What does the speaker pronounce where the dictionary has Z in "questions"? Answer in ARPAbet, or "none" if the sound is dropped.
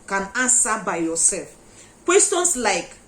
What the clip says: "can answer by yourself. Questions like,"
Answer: S